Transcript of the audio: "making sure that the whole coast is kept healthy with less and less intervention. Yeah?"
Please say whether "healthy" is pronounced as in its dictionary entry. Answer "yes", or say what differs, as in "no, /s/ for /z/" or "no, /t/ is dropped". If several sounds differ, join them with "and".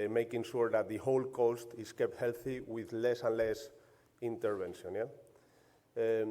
yes